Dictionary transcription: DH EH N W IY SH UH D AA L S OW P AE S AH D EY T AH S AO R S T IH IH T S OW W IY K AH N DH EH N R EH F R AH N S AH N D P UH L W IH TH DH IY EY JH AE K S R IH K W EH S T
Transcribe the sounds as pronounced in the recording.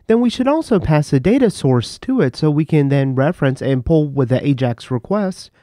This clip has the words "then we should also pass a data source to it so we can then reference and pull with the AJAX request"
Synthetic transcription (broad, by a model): DH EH N W IY SH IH D AA L S OW P AE S AH D EY T AH S AO R S T IH IH T S OW W IY K AH N DH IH N R EH F R AH N S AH N P UH L W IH DH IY EY JH AE K S R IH K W EH S T